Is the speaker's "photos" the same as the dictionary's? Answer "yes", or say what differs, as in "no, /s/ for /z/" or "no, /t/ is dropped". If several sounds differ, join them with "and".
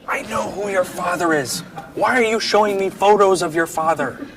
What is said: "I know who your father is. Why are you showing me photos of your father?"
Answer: yes